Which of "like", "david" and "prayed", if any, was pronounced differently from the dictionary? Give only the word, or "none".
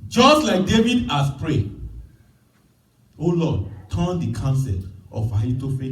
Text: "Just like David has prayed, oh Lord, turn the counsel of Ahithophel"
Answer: prayed